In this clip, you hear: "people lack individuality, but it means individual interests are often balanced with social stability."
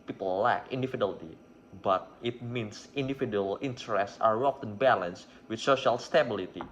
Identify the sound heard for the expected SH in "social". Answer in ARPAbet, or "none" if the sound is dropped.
SH